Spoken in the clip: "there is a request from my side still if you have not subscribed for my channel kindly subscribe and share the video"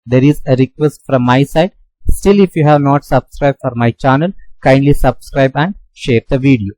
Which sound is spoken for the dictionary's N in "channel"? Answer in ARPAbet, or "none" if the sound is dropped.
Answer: N